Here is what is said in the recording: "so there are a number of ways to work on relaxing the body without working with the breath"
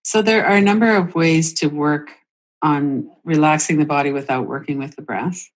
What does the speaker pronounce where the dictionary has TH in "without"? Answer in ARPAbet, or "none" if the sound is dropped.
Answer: TH